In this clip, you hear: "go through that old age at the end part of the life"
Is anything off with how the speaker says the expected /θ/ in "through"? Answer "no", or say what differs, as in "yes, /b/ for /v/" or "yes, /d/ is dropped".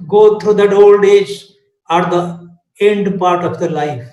yes, /t/ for /θ/